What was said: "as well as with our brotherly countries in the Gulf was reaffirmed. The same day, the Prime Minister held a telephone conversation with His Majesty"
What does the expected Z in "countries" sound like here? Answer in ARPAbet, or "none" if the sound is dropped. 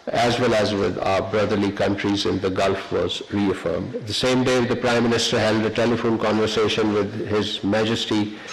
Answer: Z